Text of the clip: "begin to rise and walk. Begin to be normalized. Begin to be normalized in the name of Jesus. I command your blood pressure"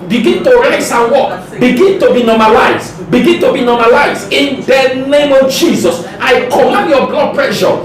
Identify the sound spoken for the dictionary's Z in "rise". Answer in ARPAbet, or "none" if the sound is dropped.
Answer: S